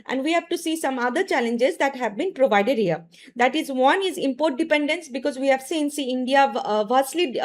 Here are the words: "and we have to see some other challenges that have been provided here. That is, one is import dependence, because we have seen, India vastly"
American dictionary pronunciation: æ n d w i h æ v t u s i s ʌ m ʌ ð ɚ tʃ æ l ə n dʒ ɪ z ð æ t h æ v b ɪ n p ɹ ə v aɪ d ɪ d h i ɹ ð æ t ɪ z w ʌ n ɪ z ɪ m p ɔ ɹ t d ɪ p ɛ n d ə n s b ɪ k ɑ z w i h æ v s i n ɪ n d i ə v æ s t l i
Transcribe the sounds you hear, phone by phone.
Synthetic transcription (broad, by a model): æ n d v i h æ v t u s i s ʌ m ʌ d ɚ tʃ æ l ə n dʒ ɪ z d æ t h æ v b ɪ n p ɹ ə v aɪ d ɪ d h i ɹ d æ t ɪ z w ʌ n ɪ z ɪ m p ɔ ɹ t d ɪ p ɛ n d ə n s b ɪ k ɑ z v i h æ v s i n ɪ n d i ə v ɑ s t l i